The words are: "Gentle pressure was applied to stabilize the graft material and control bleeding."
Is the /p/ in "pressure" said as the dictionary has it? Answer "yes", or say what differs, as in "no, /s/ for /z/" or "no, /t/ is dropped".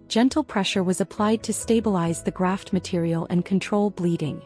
yes